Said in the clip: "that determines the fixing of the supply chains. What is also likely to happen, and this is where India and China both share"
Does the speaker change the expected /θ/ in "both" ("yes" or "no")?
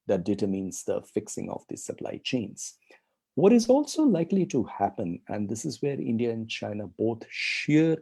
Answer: yes